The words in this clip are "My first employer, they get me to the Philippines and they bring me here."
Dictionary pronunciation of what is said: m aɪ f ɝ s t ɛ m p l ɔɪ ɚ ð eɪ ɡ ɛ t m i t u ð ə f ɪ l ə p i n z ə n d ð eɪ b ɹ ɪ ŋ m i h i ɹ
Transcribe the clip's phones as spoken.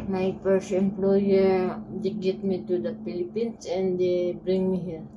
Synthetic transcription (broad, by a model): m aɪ p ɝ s ɛ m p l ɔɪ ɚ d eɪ ɡ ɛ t m i t u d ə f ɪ l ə p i n s ə n d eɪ b ɹ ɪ ŋ m i h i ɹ